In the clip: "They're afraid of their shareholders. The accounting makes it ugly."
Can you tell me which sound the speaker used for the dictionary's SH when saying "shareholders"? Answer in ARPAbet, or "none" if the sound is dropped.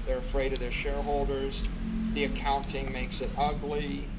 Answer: SH